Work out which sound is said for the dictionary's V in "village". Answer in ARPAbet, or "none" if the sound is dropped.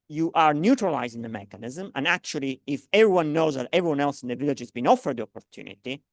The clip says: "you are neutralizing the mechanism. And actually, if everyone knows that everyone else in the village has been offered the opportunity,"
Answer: V